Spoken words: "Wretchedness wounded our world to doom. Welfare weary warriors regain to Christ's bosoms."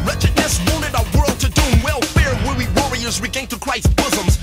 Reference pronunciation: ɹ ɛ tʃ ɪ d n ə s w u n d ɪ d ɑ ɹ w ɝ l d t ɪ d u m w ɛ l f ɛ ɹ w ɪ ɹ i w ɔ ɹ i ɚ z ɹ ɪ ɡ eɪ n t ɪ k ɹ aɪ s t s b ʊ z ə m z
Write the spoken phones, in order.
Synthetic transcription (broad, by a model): ɹ ɛ tʃ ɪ d n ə s w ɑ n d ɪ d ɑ w ɝ l d t ɪ d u w ɛ l f ɛ ɹ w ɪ w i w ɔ ɹ i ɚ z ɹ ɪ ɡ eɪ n t ɪ k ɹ aɪ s s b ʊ z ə m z